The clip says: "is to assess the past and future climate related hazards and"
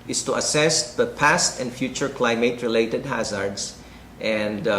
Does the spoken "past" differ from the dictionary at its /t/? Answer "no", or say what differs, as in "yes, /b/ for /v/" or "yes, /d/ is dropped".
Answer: no